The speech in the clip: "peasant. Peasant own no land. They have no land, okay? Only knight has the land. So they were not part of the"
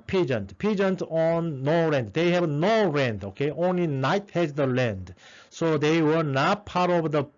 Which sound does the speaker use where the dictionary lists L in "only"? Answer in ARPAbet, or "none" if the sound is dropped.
L